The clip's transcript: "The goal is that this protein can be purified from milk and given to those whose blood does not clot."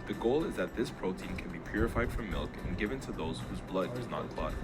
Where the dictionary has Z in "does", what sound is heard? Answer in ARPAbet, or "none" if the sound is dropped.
Z